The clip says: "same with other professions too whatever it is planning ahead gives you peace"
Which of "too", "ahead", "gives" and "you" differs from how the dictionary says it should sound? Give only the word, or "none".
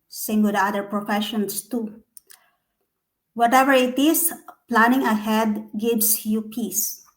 gives